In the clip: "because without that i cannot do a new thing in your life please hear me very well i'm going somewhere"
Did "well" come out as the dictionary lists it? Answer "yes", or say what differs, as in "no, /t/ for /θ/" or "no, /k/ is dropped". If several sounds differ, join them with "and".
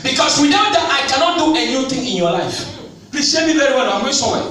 no, /n/ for /l/